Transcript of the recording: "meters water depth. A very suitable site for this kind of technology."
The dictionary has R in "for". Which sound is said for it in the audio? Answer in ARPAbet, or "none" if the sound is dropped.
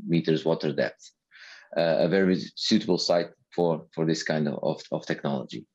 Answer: R